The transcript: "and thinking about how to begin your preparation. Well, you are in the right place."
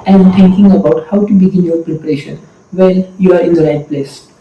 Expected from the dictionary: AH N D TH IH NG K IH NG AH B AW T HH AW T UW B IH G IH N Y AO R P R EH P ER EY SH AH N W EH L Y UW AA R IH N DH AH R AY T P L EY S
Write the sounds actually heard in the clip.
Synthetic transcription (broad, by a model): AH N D T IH NG K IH NG AH B AW T HH AW T UW B IH G IH N Y AO R P R EH P ER EY SH AH N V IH L Y UW AA R IH N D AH R AY T P L EY S